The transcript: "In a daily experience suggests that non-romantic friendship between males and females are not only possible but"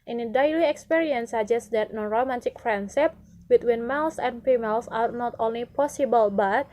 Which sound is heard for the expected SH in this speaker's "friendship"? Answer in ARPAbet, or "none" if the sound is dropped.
S